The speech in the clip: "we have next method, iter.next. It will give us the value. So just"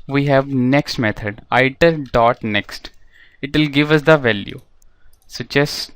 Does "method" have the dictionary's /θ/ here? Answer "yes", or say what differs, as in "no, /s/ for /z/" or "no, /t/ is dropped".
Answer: no, /t/ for /θ/